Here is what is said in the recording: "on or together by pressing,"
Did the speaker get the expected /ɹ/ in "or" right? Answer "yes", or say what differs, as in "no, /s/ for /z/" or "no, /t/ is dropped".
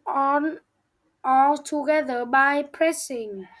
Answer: no, /l/ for /ɹ/